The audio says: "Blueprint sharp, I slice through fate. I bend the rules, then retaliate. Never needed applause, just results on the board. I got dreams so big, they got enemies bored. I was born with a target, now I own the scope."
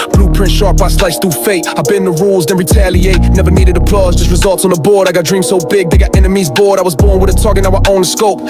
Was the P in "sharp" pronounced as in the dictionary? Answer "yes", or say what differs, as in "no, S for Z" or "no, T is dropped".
no, B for P